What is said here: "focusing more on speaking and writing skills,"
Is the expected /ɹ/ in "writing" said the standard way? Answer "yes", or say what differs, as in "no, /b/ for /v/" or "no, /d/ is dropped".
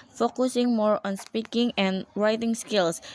yes